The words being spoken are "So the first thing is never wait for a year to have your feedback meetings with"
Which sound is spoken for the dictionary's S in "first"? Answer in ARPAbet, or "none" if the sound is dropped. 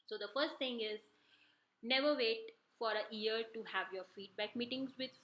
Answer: S